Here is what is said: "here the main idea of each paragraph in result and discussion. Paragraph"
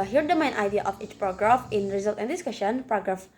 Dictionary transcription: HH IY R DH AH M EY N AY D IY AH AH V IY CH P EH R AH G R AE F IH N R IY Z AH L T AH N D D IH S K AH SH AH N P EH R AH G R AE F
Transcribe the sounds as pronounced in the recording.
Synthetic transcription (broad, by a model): HH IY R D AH M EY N AY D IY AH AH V IY CH P R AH G R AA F IH N R IY Z AH L T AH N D D IH S K AH SH AH N P R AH G R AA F